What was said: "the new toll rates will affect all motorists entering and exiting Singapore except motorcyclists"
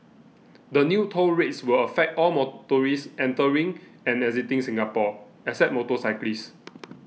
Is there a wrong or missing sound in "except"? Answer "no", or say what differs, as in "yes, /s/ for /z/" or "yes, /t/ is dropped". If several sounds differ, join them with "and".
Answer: yes, /k/ is dropped and /p/ is dropped